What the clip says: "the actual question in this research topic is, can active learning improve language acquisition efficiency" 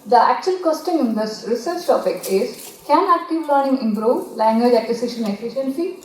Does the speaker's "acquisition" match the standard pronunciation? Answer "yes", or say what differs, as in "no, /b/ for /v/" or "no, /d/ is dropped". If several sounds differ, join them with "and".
no, /s/ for /z/